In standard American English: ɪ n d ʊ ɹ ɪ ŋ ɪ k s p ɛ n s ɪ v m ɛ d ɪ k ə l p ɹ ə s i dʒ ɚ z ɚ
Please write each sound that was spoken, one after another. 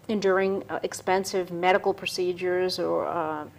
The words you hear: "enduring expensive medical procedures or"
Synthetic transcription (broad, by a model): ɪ n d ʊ ɹ ɪ ŋ ɪ k s p ɛ n s ɪ v m ɛ d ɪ k l p ɹ ə s i dʒ ɚ z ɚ